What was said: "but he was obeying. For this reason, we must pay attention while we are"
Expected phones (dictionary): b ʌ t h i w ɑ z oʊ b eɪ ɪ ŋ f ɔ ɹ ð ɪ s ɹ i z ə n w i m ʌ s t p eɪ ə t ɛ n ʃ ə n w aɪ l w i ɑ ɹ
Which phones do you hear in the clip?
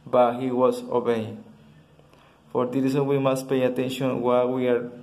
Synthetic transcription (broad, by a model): b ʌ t h i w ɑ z oʊ b eɪ ɪ ŋ f ɔ ɹ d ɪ ɹ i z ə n w i m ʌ s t p eɪ ə t ɛ n ʃ ə n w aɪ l w i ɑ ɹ